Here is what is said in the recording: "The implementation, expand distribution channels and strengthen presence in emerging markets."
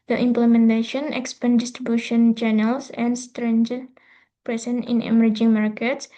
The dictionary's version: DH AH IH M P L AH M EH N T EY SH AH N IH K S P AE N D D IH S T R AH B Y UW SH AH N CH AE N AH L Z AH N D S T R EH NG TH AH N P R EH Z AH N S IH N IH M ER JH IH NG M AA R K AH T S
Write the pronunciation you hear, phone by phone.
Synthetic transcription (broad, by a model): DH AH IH M P L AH M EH N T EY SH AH N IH K S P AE N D D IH S T R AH B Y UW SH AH N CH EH N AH L S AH N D S T R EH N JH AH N P R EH S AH N IH N IH M ER JH IH NG M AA R K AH T S